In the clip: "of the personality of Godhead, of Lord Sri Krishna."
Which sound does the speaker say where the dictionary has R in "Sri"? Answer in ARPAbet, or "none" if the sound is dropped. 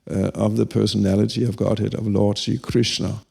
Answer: none